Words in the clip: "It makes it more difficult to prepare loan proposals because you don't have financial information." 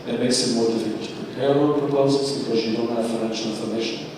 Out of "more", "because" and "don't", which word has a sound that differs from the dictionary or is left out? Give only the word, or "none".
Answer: none